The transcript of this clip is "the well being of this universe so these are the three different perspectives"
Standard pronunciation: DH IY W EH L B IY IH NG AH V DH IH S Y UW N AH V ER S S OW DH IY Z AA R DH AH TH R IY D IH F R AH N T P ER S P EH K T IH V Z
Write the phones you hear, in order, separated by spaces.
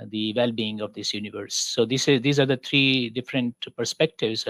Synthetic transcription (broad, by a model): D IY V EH L B IY IH NG AH V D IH S Y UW N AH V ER S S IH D IY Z AA R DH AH T R IY D IH F R AH N T P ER S P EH K T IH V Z